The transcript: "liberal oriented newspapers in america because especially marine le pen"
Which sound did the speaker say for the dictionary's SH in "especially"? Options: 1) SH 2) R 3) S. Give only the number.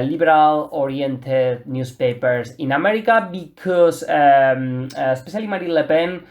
3